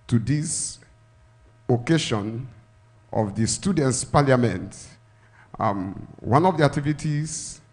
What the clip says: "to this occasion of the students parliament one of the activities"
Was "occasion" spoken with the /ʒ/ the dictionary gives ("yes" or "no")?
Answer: no